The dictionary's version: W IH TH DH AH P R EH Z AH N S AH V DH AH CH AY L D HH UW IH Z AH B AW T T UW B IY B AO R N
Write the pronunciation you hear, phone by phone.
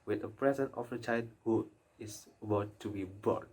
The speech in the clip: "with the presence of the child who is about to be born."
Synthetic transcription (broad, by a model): W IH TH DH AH P R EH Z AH N AH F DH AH CH AY L D HH UW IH S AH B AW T T UW B IY B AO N